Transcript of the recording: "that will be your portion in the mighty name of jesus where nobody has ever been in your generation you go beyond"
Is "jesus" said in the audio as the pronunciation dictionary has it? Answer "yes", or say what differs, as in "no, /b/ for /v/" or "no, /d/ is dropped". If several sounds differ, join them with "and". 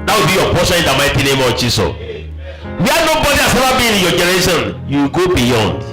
no, /s/ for /z/ and /s/ is dropped